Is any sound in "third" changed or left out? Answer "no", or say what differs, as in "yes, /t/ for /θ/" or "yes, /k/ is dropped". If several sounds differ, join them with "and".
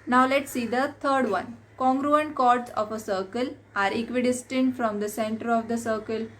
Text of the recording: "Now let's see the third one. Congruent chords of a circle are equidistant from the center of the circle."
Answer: yes, /t/ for /θ/